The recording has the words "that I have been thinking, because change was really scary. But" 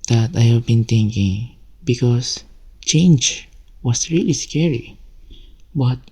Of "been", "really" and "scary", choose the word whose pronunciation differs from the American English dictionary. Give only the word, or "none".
none